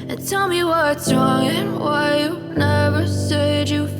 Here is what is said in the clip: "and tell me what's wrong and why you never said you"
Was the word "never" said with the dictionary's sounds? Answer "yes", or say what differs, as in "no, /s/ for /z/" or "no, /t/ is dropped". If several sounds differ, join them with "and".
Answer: yes